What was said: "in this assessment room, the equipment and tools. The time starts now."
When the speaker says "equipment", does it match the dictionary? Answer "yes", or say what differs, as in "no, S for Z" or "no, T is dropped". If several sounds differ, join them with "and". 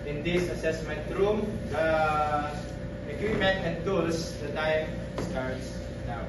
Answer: no, P is dropped